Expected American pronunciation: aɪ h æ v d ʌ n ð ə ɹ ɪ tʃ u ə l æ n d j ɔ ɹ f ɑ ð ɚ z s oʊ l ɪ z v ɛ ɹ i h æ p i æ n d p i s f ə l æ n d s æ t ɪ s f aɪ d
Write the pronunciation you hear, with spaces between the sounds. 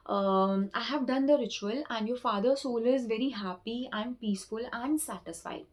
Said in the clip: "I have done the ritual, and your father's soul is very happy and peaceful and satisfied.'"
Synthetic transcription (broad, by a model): aɪ h æ v d ʌ n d ə ɹ ɪ tʃ u ə l æ n d j ɔ ɹ f ɑ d ɚ s oʊ l ɪ z v ɛ ɹ i h æ p i æ n d p i s f ə l æ n d s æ t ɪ s f aɪ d